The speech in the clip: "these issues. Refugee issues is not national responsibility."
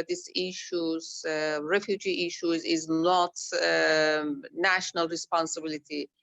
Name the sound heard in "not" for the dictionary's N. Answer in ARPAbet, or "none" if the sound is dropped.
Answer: N